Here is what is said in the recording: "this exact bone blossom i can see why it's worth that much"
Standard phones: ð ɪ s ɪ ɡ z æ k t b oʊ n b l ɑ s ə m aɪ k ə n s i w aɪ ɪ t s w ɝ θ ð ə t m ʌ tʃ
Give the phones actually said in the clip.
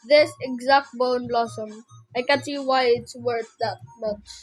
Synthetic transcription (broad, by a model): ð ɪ s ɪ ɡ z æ k t b oʊ n b l ɑ s ə m aɪ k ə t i w aɪ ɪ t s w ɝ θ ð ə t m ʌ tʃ